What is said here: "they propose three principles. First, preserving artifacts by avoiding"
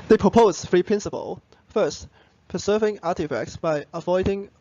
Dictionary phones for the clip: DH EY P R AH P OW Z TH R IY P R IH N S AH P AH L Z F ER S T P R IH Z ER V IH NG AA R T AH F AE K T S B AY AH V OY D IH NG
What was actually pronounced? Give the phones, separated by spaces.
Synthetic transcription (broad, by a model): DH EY P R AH P OW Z F R IY P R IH N S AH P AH L F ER S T P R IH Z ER V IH NG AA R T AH F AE K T S B AY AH V OY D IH NG